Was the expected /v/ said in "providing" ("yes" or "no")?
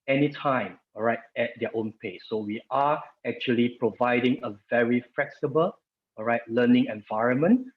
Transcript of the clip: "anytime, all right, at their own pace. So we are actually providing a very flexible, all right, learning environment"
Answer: yes